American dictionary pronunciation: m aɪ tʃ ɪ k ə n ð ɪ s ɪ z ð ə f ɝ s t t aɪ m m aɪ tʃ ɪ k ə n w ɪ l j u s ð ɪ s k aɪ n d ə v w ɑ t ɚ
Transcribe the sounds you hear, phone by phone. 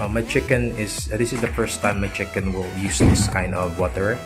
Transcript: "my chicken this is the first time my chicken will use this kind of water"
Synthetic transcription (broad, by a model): m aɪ tʃ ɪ k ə n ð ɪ s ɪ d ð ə f ɝ s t t aɪ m m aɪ tʃ ɪ k ə n w ɪ l j u s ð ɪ s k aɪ n ə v w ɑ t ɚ